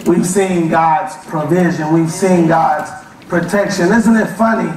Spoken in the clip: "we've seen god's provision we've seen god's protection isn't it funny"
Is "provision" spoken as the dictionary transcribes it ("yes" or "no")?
yes